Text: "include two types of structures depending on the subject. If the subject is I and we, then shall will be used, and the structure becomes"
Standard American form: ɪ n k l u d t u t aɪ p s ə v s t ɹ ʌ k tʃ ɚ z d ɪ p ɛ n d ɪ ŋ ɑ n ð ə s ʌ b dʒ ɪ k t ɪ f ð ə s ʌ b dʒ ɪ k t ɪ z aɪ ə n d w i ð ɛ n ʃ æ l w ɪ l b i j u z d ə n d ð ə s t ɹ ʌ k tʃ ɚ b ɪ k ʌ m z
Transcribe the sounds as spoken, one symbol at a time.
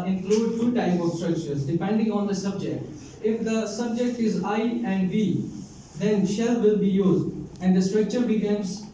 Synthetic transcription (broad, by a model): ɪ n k l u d t u t aɪ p ə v s t ɹ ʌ k tʃ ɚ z d ɪ p ɛ n d ɪ ŋ ɑ n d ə s ʌ b dʒ ɪ k t ɪ f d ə s ʌ b dʒ ɪ k t ɪ z aɪ ə n d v i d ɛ n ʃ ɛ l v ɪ l b i j u z d ə n d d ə s t ɹ ʌ k tʃ ɚ b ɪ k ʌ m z